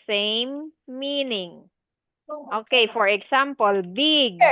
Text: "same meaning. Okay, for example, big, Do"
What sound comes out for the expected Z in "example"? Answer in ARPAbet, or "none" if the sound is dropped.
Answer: S